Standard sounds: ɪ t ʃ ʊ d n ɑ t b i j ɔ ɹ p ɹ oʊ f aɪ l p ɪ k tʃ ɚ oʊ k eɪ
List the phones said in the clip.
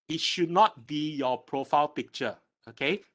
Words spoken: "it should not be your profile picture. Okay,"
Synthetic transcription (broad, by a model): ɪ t ʃ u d n ɑ t b i j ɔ p ɹ oʊ f aɪ l p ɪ k tʃ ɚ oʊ k eɪ